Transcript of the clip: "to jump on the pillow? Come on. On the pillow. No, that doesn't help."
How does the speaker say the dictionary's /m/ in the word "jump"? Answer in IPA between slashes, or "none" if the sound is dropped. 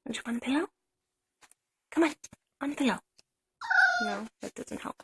none